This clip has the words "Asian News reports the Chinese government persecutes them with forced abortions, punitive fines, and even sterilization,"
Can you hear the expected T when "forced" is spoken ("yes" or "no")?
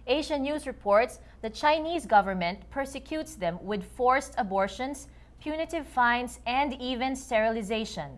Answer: yes